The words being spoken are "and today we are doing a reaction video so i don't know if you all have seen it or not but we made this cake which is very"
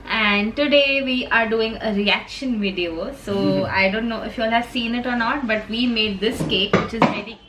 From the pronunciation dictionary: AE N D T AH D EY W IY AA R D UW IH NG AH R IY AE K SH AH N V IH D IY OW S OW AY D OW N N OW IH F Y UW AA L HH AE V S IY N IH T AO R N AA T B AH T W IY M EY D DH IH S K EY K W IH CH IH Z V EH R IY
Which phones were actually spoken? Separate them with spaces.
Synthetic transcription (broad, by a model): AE N D T AH D EY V IY AA R D UW IH NG AH R IY AE K SH AH N V IH D IY OW S OW AY D OW N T OW IH F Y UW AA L HH AE V S IY N IH T AO R N AA T B AH T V IY M EY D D IH S K EY K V IH CH IH Z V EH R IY